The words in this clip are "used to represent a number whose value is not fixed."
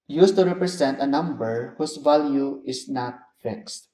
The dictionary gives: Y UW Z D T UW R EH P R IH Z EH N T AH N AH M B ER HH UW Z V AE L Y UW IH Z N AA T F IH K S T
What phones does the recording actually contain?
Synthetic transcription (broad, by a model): Y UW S T UW R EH P R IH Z EH N T AH N AH M B ER HH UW S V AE L Y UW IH S N AA T F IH K S T